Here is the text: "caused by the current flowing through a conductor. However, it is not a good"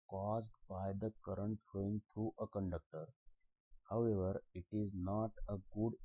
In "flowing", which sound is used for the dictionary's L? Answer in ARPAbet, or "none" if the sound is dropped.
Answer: none